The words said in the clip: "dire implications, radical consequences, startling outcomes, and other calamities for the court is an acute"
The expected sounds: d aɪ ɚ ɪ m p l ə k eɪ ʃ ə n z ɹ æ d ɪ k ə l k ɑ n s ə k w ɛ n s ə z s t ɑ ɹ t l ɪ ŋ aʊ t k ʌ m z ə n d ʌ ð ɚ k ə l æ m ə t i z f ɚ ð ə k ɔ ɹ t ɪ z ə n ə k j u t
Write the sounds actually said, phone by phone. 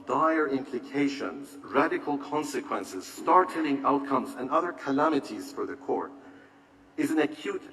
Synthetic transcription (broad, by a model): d aɪ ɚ ɪ m p l ə k eɪ ʃ ə n z ɹ æ d ɪ k ə l k ɑ n s ə k w ɛ n s ə z s t ɑ ɹ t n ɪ ŋ aʊ t k ʌ m z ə n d ʌ ð ɚ k ə l æ m ə t i z f ɚ ð ə k ɔ ɹ t ɪ z ə n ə k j u t